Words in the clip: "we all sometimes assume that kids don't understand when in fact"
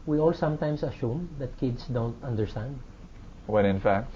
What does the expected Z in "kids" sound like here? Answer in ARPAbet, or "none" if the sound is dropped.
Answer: S